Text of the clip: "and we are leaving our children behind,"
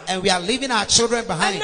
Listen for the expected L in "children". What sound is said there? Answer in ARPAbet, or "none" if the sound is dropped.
L